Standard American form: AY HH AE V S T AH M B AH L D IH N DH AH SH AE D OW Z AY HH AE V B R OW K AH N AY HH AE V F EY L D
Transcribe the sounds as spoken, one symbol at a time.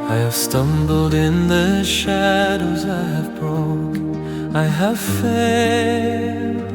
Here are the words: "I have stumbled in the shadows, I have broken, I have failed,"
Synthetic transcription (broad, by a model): AY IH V S T AH M B L D IH N DH AH SH AE D OW Z AY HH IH V B R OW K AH IH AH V F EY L